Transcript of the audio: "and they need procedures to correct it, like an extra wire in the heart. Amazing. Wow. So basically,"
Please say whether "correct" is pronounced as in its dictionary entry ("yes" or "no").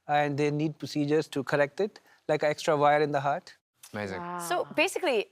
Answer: yes